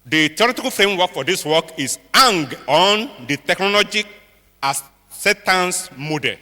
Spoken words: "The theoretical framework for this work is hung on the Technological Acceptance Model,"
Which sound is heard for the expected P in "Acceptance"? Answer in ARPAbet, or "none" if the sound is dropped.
none